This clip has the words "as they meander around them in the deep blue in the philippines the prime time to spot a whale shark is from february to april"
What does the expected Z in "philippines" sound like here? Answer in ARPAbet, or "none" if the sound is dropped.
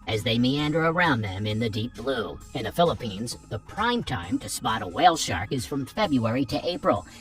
Z